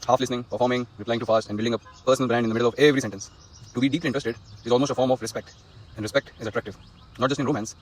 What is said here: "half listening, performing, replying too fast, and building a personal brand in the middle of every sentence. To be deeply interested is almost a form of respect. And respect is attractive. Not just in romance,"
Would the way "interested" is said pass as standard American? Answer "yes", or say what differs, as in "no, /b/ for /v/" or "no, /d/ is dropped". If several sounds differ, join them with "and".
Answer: no, /n/ is dropped